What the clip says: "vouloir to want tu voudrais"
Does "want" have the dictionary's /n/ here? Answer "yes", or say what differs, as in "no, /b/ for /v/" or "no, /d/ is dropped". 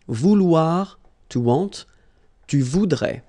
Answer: no, /n/ is dropped